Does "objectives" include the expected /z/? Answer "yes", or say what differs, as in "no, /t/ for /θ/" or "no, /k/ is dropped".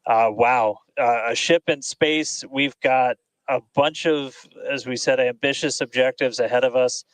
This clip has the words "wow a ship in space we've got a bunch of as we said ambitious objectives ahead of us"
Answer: yes